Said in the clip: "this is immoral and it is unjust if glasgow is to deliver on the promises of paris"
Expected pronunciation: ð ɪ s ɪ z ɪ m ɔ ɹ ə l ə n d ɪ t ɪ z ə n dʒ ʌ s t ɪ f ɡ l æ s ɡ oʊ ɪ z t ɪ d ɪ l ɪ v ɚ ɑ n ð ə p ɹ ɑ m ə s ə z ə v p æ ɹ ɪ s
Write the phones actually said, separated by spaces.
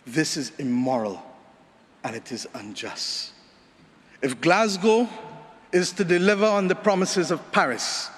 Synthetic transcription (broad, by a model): ð ɪ s ɪ z ɪ m ɔ ɹ ə l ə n ɪ t ɪ z ə n dʒ ʌ s t ɪ f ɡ l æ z ɡ oʊ ɪ z t ɪ d ɪ l ɪ v ɚ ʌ n ð ə p ɹ ɑ m ə s ə z ə v p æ ɹ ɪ s